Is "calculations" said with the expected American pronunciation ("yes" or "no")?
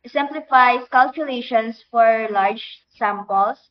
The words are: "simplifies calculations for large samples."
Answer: no